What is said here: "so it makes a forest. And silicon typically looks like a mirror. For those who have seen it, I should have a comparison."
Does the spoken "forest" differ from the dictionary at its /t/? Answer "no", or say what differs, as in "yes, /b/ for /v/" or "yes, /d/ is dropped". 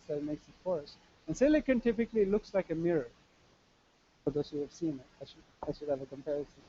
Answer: yes, /t/ is dropped